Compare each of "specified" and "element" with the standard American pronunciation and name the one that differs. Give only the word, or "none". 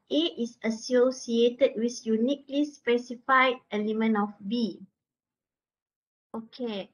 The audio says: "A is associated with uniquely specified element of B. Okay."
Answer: element